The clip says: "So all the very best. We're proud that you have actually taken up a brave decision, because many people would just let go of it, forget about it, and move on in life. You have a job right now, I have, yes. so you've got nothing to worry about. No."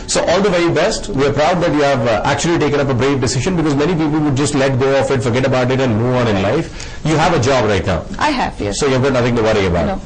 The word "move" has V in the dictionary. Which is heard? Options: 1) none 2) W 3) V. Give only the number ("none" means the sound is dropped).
1